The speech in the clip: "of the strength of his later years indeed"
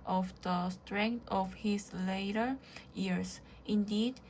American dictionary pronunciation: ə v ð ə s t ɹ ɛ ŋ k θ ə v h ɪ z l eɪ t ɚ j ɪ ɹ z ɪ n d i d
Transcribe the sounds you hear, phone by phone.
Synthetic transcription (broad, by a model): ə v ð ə s t ɹ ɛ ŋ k t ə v h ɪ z l eɪ t ɚ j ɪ ɹ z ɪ n d i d